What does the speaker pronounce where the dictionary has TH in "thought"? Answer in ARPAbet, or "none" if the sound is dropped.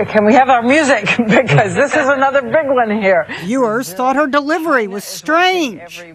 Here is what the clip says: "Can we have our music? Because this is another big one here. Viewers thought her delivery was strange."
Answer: TH